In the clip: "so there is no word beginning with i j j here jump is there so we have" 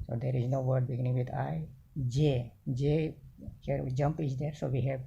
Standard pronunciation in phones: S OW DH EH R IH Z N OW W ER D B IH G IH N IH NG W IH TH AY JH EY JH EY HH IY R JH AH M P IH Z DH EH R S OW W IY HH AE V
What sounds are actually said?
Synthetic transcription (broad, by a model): S OW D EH R IH Z N OW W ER D B IH G IH N IH NG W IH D AY JH EY JH EY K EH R JH AH M P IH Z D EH R S OW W IY HH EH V